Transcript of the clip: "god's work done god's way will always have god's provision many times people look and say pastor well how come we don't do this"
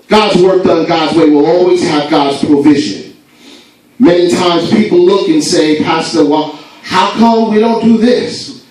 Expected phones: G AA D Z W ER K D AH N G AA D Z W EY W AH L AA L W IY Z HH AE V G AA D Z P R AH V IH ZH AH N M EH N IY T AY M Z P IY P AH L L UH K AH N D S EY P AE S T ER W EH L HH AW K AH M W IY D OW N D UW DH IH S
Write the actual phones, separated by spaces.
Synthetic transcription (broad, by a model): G AA D Z W ER K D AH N G AA D Z W EY W AH L AA L W IY Z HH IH V G AA D Z P R AH V IH ZH AH N M EH N IY T AY M Z P IY P L L UH K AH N S EY P AE S T ER W EH L HH AW K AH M W IY D OW N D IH DH IH S